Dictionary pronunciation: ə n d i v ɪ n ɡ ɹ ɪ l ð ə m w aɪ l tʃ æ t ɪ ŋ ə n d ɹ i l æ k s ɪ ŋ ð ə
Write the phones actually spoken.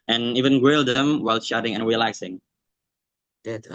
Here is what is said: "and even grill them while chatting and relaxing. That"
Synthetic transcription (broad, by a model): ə n i v ɪ n ɡ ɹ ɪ l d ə m w aɪ l ʃ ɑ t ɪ ŋ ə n ɹ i l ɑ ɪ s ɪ ŋ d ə